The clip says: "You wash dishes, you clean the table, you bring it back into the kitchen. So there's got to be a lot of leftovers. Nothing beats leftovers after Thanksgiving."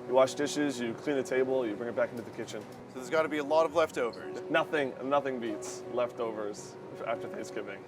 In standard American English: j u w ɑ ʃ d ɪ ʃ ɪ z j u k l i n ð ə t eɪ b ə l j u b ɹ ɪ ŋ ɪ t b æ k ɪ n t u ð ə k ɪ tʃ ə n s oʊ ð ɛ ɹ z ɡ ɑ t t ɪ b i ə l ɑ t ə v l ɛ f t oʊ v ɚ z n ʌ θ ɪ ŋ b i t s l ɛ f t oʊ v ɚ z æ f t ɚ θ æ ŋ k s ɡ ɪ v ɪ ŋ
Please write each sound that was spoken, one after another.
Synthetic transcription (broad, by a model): j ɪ w ɑ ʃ d ɪ ʃ ɪ z j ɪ k l i n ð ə t eɪ b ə l j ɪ b ɹ ɪ ŋ ɪ t b æ k ɪ n t u ð ə k ɪ tʃ ə n s oʊ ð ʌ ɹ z ɡ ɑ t t ɪ b i ə l ɑ t ə v l ɛ f t oʊ v ɚ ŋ n ʌ θ ɪ ŋ b i t s l ɛ f t oʊ v ɚ z æ f t ɚ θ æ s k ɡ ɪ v ɪ ŋ